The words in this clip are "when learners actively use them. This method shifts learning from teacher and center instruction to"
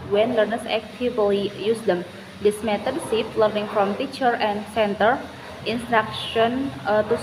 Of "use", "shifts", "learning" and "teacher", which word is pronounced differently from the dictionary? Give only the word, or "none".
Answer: shifts